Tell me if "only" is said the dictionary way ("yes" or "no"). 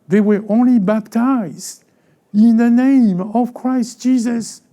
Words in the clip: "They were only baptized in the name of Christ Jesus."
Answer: yes